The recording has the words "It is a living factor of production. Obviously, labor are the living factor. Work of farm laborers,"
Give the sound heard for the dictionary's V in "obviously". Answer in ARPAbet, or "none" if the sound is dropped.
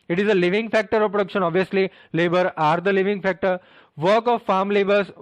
V